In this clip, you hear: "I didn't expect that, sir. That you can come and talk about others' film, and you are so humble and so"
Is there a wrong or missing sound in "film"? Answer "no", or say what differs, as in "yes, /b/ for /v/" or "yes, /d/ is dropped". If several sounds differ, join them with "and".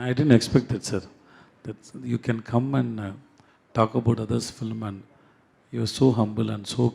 no